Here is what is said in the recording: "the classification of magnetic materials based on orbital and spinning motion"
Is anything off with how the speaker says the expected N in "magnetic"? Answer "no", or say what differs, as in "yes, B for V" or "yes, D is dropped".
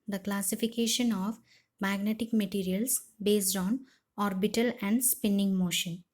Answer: no